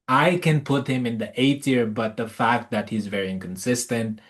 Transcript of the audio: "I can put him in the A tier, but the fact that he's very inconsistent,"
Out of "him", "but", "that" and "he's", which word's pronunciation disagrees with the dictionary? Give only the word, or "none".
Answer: none